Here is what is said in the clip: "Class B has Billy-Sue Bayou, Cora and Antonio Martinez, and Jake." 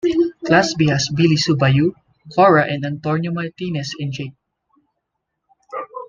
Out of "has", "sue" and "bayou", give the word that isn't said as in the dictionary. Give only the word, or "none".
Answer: has